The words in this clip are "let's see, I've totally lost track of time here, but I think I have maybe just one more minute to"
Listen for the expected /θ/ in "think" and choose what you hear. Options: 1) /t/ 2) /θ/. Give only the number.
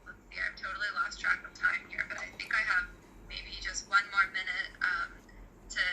2